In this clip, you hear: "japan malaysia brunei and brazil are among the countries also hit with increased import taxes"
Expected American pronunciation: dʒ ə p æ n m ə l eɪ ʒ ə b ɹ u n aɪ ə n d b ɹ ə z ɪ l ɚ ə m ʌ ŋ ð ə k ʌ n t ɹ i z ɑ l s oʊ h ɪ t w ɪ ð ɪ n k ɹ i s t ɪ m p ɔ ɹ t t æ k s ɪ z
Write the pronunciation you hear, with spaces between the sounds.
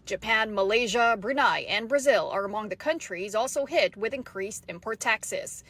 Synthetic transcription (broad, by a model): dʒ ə p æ n m ə l eɪ ʒ ə b ɹ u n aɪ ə n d b ɹ ə z ɪ l ɚ ə m ʌ ŋ ð ə k ʌ n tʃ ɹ i z ɑ l s oʊ h ɪ t w ɪ ð ɪ n k ɹ i s t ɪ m p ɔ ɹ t t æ k s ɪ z